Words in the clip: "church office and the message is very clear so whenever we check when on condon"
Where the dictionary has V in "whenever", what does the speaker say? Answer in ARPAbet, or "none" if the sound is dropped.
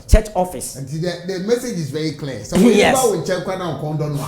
W